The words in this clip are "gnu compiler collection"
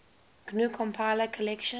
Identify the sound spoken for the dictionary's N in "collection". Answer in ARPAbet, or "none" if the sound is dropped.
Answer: none